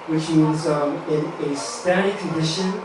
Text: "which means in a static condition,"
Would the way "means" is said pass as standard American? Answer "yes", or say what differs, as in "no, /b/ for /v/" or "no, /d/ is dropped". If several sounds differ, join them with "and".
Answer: no, /n/ is dropped